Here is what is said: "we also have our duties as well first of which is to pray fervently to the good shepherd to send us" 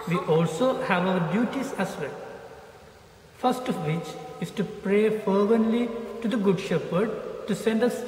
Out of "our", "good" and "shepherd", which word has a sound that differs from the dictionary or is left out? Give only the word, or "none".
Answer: none